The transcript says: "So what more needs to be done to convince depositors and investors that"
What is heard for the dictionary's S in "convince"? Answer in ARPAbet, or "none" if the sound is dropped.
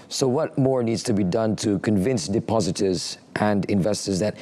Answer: S